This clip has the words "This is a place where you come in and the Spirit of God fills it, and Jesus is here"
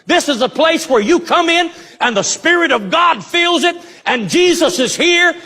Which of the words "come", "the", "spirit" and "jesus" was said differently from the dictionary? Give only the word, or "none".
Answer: none